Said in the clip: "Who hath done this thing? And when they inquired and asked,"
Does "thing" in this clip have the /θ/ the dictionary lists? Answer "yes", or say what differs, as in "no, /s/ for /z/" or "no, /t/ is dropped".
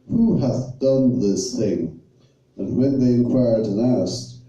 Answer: yes